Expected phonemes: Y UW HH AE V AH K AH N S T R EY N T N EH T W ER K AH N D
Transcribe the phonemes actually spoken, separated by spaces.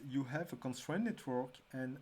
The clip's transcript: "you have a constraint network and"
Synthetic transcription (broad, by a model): Y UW HH AE V AH K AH N S T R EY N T N EH T W ER K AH N